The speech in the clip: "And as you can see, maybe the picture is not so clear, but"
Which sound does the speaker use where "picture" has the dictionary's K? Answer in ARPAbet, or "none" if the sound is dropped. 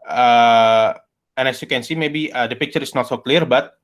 K